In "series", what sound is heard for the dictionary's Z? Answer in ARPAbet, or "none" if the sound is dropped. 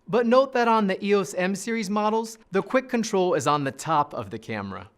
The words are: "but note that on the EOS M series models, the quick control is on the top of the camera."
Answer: Z